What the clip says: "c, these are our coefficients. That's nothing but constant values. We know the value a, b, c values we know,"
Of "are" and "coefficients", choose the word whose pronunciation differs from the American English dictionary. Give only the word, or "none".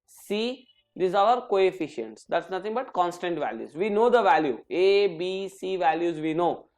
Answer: are